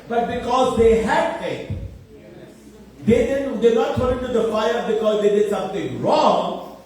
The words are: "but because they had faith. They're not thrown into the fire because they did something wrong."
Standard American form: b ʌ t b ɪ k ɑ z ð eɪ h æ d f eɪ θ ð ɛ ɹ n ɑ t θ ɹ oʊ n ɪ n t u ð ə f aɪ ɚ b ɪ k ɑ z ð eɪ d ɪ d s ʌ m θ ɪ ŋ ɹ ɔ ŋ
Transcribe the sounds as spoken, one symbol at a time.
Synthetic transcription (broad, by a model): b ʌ t b ɪ k ɑ z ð eɪ h æ d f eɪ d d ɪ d n ɑ t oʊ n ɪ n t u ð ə f aɪ ɚ b ɪ k ɑ z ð eɪ d ɪ d s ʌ m t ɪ ŋ ɹ ɔ ŋ